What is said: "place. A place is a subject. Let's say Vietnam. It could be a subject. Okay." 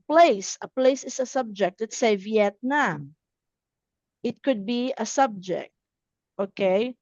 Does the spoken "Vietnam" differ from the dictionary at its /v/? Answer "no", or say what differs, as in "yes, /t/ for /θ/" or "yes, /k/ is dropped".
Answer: no